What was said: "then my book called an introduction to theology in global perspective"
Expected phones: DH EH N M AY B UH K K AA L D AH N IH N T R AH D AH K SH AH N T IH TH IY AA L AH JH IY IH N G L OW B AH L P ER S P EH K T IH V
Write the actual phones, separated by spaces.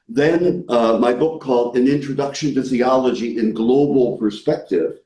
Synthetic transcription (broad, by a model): DH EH N M AY B UH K K AA L D AH N IH N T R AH D AH K SH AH N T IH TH IY AA L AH JH IY IH N G L OW B L P ER S P EH K T IH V